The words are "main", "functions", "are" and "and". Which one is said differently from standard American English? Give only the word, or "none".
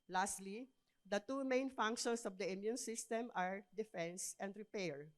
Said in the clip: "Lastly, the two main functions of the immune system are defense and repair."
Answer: functions